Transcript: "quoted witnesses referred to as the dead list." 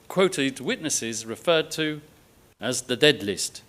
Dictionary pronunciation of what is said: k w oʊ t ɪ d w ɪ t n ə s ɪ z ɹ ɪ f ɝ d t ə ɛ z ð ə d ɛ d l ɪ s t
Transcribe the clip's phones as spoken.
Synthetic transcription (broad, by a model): k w oʊ t ɪ d w ɪ t n ə s ɪ z ɹ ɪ f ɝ d t ə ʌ z ð ə d ɛ d l ɪ s t